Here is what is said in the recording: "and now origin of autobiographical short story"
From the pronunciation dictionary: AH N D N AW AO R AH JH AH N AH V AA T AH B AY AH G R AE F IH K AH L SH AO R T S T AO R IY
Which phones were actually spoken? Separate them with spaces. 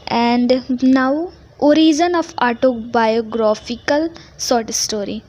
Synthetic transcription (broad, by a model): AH N D N AW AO R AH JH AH N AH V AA T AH B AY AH G R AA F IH K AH L S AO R T S T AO R IY